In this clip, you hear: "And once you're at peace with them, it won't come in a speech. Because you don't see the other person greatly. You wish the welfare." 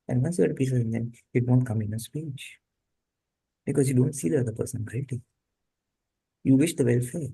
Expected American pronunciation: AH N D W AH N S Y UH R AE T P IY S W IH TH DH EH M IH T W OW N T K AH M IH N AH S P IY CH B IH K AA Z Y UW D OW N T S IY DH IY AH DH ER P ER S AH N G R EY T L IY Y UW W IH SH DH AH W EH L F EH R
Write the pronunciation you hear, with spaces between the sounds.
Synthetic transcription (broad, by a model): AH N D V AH N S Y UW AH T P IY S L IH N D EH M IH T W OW N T K AH M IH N AH S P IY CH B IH K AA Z Y UW D OW N T S IY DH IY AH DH ER P ER S AH N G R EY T IY Y UW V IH SH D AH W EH L F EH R